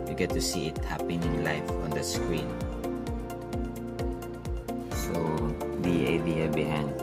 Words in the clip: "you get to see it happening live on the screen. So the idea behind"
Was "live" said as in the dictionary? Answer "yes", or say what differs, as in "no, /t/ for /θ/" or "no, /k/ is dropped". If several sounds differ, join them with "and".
no, /f/ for /v/